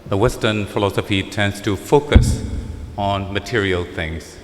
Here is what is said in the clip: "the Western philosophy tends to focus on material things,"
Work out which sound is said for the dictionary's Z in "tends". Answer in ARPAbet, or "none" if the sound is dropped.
S